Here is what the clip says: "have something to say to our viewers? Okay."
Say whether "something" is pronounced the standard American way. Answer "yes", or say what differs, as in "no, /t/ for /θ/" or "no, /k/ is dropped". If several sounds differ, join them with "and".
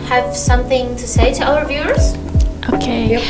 yes